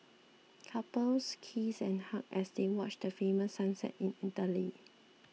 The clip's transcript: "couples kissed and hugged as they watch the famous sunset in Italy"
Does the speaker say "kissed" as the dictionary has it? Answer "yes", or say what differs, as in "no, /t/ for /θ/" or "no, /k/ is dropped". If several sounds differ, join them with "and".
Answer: no, /t/ is dropped